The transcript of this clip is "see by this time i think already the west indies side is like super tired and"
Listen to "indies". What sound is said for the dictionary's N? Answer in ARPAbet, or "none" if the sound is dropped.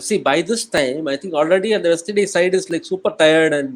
none